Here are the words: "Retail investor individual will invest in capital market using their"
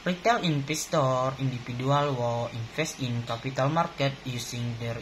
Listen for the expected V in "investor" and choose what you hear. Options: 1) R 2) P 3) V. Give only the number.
2